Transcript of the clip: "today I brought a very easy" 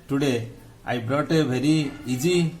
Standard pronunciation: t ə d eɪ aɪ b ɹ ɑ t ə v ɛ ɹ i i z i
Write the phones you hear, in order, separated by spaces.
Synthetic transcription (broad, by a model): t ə d eɪ aɪ b ɹ ɑ t ə b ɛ ɹ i i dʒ i